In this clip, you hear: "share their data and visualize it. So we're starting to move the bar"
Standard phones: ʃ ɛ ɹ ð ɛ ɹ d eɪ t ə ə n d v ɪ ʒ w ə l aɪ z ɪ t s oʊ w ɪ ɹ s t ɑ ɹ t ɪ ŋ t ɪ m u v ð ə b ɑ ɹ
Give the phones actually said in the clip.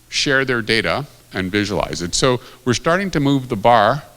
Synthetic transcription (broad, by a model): ʃ ɛ ɹ ð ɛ ɹ d eɪ t ə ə n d v ɪ ʒ w ə l aɪ z ɪ t s oʊ w ɪ ɹ s t ɑ ɹ t ɪ ŋ t ɪ m u v ð ə b ɑ ɹ